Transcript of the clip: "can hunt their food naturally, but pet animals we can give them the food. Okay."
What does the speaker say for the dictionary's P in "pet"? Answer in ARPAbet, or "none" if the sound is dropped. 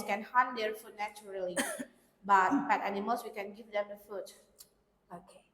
B